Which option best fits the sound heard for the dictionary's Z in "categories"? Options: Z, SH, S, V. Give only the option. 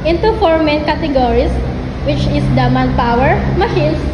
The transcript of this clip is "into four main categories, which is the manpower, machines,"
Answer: S